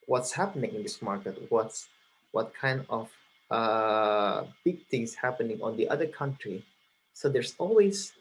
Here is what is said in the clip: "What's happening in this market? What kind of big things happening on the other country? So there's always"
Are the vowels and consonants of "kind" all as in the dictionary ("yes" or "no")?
yes